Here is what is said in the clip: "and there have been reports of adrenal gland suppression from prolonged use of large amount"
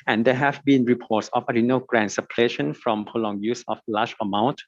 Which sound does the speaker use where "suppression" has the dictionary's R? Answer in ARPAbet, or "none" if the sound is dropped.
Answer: L